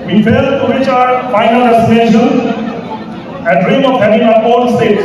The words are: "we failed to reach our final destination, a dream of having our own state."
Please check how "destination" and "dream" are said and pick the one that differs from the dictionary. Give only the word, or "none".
destination